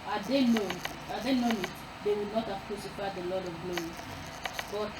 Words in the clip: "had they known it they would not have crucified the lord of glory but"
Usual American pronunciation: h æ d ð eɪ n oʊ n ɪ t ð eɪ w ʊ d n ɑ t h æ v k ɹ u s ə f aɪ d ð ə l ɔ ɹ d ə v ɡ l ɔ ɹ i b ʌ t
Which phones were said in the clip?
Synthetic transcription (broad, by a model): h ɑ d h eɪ n oʊ n ɪ t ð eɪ w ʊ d n ɑ t h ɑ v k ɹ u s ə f aɪ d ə l ɔ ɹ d ə v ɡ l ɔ i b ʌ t